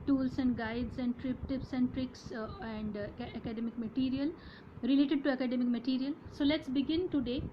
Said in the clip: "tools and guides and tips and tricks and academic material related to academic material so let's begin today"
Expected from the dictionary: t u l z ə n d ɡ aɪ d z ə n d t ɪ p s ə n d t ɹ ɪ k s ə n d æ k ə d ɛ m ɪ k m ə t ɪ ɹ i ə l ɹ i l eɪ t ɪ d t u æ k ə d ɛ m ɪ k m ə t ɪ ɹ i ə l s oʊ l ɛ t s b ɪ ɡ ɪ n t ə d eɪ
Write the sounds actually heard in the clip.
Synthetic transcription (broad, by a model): t u l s ə n d ɡ aɪ d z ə n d t ɪ p s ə n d t ɹ ɪ k s ə n d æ k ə d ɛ m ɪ k m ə t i ɹ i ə l ɹ i l eɪ t ɪ d t u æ k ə d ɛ m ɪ k m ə t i ɹ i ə l s oʊ l ɛ t s b ɪ ɡ ɪ n t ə d eɪ